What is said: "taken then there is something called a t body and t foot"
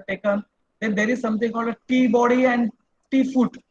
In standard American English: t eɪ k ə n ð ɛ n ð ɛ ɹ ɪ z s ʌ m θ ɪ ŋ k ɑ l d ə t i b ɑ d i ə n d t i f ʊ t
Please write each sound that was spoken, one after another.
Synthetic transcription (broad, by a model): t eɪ k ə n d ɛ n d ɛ ɹ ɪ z s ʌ m t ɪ ŋ k ɑ l d ə t i b ɑ d i ə n d t i f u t